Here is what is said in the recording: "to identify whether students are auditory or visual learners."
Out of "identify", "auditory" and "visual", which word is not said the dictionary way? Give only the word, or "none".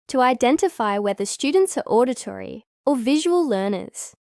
none